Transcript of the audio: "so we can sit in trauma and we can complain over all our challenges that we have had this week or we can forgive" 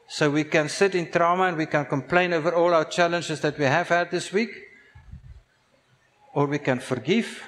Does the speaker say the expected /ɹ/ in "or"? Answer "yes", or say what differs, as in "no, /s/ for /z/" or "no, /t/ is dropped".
yes